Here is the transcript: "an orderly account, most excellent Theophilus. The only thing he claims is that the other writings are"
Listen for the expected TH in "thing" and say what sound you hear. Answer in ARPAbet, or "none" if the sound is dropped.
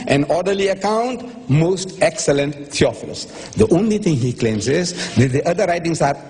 T